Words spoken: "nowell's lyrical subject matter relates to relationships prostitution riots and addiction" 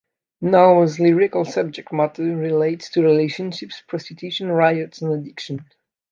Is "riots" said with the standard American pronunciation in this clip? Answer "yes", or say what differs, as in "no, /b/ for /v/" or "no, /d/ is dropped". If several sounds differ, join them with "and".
yes